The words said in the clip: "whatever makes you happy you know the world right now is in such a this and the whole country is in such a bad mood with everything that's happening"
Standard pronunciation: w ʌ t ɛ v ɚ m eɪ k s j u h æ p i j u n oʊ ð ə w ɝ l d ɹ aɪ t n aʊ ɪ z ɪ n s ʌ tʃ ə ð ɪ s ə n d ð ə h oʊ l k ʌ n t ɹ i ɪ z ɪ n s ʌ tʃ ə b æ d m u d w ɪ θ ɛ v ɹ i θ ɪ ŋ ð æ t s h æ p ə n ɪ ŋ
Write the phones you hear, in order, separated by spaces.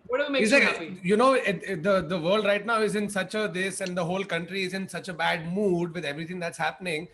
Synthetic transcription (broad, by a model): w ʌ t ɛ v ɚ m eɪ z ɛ j u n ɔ i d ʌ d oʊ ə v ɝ l d ɹ aɪ t n aʊ ɪ z ɪ n s ʌ tʃ ə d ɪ s ə n d ə h oʊ l k ʌ n t ɹ i ɪ z ɪ n s ʌ tʃ ə b æ d m u d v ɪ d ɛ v ɹ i t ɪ ŋ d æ t s h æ p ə n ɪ ŋ